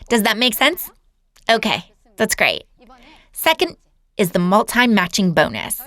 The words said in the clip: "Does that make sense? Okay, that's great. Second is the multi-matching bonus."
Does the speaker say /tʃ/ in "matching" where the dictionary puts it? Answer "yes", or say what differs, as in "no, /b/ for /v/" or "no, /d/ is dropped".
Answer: yes